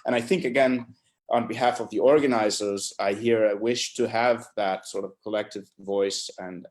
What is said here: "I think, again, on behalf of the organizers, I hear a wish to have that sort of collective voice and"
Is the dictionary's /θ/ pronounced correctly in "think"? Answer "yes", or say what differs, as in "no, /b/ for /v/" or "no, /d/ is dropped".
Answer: yes